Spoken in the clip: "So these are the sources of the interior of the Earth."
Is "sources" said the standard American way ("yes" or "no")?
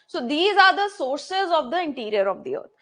yes